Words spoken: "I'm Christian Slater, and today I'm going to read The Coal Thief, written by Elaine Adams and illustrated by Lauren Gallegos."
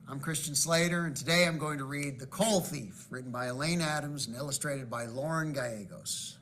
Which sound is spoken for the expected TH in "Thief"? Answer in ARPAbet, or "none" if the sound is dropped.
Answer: TH